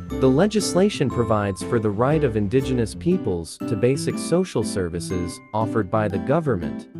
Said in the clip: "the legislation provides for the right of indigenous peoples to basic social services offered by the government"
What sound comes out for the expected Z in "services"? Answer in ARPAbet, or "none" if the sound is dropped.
Z